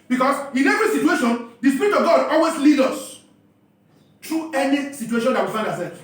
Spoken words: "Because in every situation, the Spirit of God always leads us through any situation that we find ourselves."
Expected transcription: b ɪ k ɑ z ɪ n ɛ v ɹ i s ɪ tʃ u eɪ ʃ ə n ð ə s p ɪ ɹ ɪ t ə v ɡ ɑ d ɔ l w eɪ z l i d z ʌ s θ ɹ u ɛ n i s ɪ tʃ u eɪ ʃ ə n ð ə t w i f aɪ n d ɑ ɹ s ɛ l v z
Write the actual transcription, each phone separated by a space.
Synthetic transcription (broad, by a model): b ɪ k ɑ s ɪ n ɛ v ɹ i s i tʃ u eɪ ʃ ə n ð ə s p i ɹ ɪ t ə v ɡ ɑ d ɔ l w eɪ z l i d ʌ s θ ɹ u ɛ n i s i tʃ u eɪ ʃ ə n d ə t w i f aɪ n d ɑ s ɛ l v